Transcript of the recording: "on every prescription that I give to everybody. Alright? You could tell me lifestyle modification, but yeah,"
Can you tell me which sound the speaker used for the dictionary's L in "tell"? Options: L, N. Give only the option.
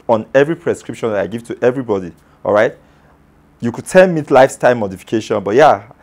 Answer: N